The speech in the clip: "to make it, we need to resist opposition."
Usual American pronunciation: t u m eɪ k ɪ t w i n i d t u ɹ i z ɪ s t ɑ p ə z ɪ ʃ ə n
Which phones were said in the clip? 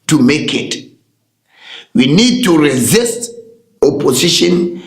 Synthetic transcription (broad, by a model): t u m eɪ k ɪ t w i n i d t u ɹ i z ɪ s t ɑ p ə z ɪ ʃ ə n